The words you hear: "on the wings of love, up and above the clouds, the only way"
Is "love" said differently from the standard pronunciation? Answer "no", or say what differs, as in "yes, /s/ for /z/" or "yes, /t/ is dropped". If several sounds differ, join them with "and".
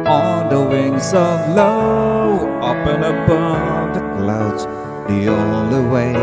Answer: yes, /v/ is dropped